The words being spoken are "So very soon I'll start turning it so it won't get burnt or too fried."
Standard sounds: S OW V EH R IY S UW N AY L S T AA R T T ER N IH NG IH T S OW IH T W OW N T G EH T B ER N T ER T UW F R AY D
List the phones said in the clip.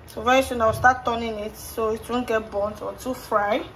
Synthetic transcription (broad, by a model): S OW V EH IY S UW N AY W S T AA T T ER N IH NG IH T S OW IH T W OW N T G EH T B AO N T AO T UW F R AY